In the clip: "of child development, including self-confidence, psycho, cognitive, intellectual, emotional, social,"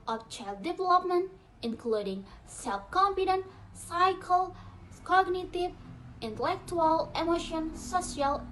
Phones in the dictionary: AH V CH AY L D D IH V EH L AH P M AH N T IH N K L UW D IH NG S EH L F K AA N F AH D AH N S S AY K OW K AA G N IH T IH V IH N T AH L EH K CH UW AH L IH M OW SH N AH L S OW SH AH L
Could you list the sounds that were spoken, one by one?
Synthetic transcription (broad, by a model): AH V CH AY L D D IH V EH L AH P M AH N T IH N K L UW D IH NG S EH L F K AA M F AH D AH N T S AY K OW K AA G N IH T IH V IH N T AH L EH K CH UW AH L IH M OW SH AH N S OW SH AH L